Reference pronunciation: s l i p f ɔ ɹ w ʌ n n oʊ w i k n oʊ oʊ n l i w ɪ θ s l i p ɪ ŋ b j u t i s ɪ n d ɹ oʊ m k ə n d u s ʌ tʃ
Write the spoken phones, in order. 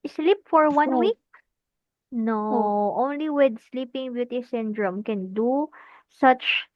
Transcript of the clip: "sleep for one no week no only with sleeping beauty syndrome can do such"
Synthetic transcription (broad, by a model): s l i p f ɔ ɹ w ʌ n n w i k n oʊ oʊ n l i w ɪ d s l i p ɪ ŋ b j u t i s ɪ n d ɹ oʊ m k ə n d u s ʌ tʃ